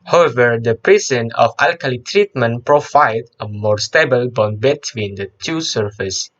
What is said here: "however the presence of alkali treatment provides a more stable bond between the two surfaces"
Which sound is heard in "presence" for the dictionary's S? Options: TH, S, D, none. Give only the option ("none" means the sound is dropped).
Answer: none